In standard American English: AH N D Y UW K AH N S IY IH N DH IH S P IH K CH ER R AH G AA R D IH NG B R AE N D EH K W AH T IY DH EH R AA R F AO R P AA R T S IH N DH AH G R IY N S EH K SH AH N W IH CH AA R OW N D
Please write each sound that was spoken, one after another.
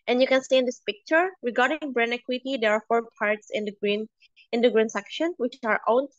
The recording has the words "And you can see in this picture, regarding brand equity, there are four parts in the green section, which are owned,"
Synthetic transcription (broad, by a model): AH N Y UW K AH N S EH IH N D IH S P IH K CH ER R AH G AA R D IH NG B R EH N EH K W AH T IY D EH R AA R F AO R P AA R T S IH N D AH G R IY N S EH K SH AH N W IH CH AA R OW N